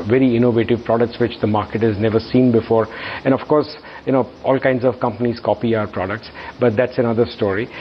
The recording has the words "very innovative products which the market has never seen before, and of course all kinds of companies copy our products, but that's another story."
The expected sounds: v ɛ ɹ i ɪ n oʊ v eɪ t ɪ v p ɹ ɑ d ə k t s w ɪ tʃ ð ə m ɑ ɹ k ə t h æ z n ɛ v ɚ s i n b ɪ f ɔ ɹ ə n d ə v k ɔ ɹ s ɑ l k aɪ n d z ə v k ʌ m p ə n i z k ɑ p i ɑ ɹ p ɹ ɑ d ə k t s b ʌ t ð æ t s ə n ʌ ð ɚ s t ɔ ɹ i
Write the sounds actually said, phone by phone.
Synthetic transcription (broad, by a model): v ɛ ɹ i ɪ n oʊ v eɪ t ɪ v p ɹ ɑ d ə k t s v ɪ tʃ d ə m ɑ ɹ k ə t h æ z n ɛ v ɚ s i n b ɪ f ɔ ɹ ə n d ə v k ɔ ɹ s ɑ l k aɪ n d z ə v k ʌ m p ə n i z k ɑ p i ɑ ɹ p ɹ ɑ d ə k t s b ʌ t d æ t s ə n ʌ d ɚ s t ɔ ɹ i